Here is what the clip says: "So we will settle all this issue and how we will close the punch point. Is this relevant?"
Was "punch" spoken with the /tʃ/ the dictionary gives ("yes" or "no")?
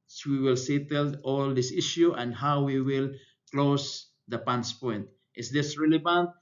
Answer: no